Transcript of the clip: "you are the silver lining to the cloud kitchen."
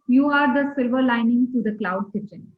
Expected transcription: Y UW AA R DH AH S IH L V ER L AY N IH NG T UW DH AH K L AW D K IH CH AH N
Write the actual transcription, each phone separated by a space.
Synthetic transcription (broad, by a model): Y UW AA R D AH S IH L V ER L AY N IH NG T UW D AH K L AW D K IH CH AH N